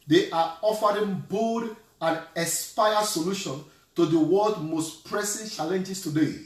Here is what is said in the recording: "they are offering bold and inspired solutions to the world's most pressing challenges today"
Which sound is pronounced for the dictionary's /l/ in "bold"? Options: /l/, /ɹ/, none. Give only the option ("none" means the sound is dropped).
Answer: none